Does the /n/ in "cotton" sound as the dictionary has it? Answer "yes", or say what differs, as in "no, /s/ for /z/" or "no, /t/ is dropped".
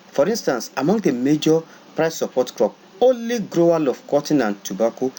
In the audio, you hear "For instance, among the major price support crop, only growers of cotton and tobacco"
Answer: yes